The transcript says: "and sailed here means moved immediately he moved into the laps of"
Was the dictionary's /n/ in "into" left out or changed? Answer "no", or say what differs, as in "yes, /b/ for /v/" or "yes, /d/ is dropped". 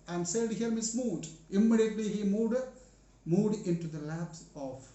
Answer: no